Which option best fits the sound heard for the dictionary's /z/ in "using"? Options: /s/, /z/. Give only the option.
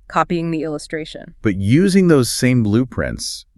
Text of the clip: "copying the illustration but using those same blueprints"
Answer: /z/